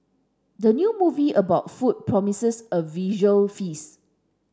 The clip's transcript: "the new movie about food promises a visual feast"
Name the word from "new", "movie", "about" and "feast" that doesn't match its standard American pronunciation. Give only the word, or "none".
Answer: feast